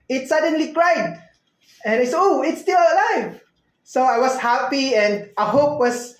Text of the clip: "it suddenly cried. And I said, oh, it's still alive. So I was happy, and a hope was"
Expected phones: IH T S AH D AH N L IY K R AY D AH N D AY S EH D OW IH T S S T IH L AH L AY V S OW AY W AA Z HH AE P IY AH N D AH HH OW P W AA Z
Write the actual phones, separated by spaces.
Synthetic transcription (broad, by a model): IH T S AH D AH N L IY K R AY D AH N AY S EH OW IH T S S T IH L AH L AY V S OW AY W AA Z HH AE P IY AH N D AH HH OW P W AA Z